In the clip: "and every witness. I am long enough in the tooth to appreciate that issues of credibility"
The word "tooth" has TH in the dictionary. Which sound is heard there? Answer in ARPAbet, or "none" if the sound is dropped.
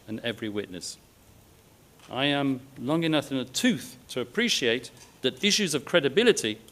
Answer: TH